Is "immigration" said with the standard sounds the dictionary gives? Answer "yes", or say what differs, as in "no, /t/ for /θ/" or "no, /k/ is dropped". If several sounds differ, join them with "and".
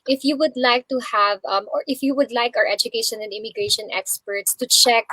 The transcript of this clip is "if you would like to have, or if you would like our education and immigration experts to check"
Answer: yes